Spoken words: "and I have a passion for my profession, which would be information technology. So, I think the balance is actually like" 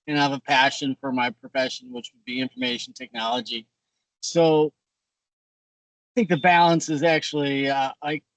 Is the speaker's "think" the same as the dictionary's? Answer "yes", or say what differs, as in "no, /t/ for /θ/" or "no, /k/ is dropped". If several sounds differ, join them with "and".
yes